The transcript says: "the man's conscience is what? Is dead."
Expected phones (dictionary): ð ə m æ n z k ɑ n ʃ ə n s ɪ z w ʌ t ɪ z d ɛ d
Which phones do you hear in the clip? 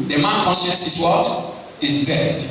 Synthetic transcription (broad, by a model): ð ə m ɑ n k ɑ n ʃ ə n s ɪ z w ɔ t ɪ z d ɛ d